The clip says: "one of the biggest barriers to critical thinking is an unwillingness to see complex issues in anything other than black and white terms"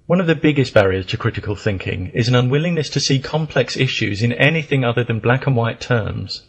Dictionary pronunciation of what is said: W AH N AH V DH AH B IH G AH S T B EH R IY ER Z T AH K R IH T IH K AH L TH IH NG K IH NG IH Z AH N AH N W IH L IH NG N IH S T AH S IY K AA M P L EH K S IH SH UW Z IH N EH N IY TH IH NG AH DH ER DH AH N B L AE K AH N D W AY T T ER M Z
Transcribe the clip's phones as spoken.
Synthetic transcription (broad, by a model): W AH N AH V DH AH B IH G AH S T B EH R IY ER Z T AH K R IH T IH K AH L TH IH NG K IH NG IH Z AH N AH N W IH L IH NG N IH S T AH S IY K AA M P L EH K S IH SH UW Z IH N EH N IY TH IH NG AH DH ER DH AH N B L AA K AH N W AY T T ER M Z